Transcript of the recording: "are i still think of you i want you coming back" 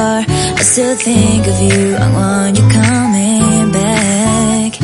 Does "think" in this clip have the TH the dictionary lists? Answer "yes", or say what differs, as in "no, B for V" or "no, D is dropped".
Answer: yes